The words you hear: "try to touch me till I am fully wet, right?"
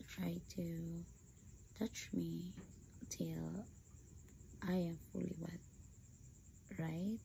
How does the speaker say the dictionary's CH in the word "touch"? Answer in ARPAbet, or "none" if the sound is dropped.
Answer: CH